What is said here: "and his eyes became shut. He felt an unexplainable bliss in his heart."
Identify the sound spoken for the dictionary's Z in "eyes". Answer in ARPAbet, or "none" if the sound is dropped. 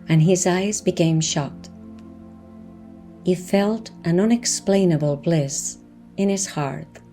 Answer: Z